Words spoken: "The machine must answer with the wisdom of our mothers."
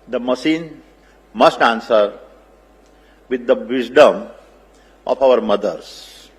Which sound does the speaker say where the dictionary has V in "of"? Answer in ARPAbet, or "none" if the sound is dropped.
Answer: P